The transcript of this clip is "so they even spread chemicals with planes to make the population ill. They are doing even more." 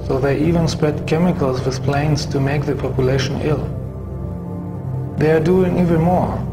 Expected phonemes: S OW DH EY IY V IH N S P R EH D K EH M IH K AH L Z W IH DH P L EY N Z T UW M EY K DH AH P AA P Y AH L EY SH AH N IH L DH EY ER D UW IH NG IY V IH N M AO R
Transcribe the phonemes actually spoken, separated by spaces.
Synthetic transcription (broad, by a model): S OW DH EY IY V IH N S P R EH D K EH M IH K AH L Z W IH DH P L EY N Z T UW M EY K DH AH P AA P Y AH L EY SH AH N IH L DH EY ER D UW IH NG IY V IH N M AO R